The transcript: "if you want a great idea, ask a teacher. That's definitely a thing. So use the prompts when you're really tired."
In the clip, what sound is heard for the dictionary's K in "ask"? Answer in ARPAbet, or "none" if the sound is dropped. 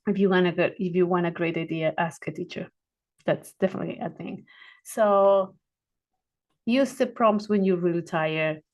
K